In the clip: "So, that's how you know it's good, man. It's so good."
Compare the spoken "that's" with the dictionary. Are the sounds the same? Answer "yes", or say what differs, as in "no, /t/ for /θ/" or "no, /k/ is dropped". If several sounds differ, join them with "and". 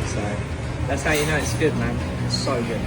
yes